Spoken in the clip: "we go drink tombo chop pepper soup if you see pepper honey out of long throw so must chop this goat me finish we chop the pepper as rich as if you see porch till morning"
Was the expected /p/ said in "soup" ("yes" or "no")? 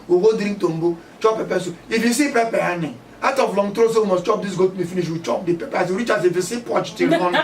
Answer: no